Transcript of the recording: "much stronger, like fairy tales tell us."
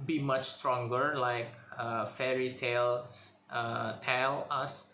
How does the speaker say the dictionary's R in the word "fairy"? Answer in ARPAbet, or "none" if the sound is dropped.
R